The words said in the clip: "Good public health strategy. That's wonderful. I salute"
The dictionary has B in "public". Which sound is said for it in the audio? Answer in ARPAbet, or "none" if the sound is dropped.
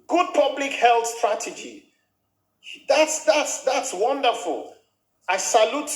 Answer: B